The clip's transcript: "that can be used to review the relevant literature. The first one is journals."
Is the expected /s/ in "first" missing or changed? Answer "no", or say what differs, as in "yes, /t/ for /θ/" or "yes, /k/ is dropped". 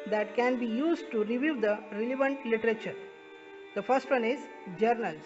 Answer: no